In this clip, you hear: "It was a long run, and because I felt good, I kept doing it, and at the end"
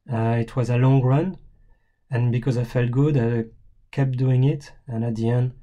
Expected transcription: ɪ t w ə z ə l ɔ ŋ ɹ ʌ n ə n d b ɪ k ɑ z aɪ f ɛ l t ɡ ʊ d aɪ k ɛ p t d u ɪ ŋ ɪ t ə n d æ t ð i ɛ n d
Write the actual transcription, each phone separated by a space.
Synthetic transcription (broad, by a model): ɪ t w ə z ə l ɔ ŋ ɹ ʌ n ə n b ɪ k ɑ z aɪ f ɛ l t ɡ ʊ d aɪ k ɛ p d u ɪ ŋ ɪ t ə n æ t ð i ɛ n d